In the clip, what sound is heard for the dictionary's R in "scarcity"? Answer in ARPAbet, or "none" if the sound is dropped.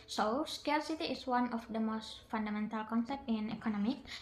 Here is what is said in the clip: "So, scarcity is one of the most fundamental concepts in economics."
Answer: L